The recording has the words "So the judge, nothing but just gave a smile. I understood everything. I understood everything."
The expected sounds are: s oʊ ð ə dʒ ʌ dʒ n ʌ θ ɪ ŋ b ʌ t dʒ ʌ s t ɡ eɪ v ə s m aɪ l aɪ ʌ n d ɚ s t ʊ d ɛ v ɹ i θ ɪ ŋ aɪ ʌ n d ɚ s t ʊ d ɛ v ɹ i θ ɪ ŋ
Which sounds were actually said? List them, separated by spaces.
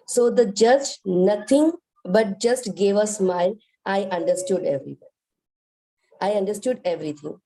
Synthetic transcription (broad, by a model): s oʊ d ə dʒ ʌ dʒ n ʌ t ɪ ŋ b ʌ t dʒ ʌ s t ɡ eɪ v ə s m aɪ n aɪ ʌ n d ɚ s t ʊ d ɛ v ɹ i aɪ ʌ n d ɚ s t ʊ d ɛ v ɹ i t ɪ ŋ